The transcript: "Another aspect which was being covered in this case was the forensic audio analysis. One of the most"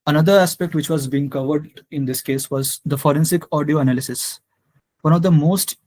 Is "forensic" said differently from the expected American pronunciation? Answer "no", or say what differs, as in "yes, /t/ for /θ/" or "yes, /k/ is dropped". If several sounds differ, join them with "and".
no